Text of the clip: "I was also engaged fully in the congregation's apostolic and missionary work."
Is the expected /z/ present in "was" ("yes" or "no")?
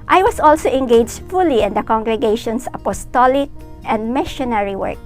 no